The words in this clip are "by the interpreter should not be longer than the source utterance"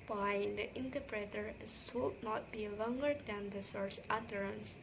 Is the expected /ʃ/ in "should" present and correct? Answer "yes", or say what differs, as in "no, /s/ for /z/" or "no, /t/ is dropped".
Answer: no, /s/ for /ʃ/